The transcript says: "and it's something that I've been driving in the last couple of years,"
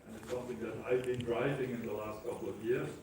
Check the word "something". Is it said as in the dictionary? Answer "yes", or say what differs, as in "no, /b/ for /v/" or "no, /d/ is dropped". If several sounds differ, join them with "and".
yes